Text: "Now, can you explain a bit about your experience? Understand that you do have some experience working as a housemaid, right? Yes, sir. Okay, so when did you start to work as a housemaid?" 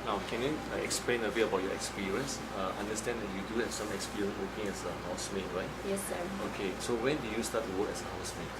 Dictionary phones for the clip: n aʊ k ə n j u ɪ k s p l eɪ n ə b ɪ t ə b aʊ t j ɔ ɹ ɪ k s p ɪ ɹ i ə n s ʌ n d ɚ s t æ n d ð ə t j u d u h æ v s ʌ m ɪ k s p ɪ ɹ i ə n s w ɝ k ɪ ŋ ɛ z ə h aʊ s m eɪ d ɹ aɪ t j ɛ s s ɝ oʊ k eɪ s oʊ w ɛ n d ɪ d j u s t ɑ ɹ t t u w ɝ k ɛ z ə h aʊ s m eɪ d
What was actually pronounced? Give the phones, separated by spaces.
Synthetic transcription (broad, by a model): n aʊ k ə n j u ɪ k s p l eɪ n ə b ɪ ə b aʊ t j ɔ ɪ k s p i ɹ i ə n s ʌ n d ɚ s t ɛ n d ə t j u d u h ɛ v s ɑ m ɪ k s p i ɹ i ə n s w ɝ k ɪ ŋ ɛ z ə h aʊ s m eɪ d ɹ aɪ t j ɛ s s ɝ oʊ k eɪ s oʊ w ɛ n d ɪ j u s t ɑ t t u w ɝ k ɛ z ə h aʊ s m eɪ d